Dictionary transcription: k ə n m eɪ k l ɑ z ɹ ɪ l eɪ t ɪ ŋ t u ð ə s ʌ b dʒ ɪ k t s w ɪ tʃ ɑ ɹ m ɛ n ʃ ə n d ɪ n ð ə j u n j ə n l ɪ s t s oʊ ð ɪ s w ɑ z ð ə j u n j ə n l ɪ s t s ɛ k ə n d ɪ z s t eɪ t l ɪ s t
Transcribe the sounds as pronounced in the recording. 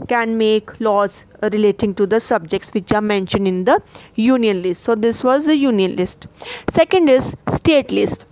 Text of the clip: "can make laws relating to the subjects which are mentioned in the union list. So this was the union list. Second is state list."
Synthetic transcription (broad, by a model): k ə n m eɪ k l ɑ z ɹ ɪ l eɪ t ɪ ŋ t u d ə s ʌ b dʒ ɪ k t s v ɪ tʃ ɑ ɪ m ɛ n ʃ ə n d ɪ n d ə j u n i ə n l ɪ s t s oʊ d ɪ s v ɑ z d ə j u n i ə n l ɪ s t s ɛ k ə n d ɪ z s t eɪ t l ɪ s t